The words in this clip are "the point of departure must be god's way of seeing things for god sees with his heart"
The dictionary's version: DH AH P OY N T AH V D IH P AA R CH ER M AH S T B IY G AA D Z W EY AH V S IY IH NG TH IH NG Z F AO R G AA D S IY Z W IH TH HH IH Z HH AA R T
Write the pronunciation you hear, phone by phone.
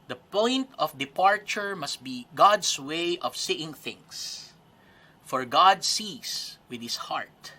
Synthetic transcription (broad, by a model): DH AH P OY N T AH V D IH P AA R CH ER M AH S T B IY G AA D S W EY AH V S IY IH NG TH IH NG S F AO R G AA D S IY S W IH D HH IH S HH AA R T